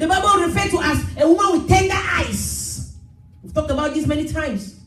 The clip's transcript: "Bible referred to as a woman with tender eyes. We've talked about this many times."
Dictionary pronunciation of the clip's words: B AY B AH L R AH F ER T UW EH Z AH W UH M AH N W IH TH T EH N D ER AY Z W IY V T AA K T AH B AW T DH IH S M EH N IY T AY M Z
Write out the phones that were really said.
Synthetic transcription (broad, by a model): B AY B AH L R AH F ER T UW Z AH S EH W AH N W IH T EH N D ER AY S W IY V T AA K T AH B AW T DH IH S M EH N IY T AY M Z